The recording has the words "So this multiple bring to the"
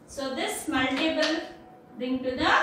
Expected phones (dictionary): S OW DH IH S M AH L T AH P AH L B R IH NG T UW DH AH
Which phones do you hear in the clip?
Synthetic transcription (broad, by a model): S OW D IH S M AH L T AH B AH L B R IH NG T UW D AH